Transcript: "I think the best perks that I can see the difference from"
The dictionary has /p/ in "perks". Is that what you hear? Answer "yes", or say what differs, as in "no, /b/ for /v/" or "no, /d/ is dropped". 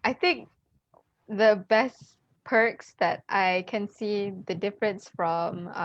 yes